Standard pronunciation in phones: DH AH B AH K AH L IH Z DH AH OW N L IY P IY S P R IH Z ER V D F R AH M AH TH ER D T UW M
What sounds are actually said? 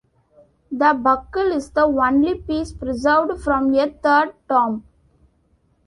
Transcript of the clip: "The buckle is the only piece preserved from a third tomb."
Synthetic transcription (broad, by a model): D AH B AH K AH L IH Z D AH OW N L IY P IY S P R IH Z ER V D F R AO M AH T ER D T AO M